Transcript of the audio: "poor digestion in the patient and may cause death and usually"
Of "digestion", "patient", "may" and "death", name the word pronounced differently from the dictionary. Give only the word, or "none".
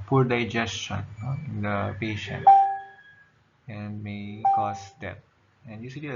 death